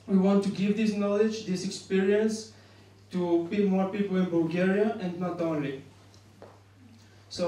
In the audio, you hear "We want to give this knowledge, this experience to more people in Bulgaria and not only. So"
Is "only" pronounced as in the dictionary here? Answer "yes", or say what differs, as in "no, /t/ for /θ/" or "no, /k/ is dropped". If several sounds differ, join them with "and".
yes